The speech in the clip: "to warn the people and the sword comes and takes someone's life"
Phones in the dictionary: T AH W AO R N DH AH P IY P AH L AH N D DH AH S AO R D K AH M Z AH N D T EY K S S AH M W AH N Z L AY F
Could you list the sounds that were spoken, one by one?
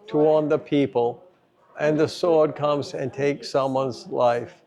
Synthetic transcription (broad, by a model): T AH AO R N DH AH P IY P AH L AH N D DH AH S AO R D K AH M Z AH N T EY K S S AH M W AH N Z L AY F